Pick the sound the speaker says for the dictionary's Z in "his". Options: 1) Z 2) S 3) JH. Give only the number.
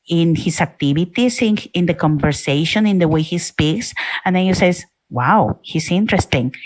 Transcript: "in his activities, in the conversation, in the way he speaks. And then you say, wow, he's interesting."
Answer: 2